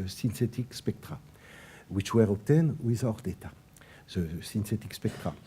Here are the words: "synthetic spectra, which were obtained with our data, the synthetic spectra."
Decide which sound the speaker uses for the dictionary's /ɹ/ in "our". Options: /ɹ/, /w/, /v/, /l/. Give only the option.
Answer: /ɹ/